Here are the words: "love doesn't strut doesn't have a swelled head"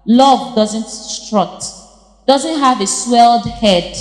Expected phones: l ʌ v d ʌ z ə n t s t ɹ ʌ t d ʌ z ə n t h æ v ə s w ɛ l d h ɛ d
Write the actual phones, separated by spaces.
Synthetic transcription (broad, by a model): l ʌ v d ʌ z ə n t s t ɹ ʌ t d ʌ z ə n t h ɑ v ə s w ɛ l d h ɛ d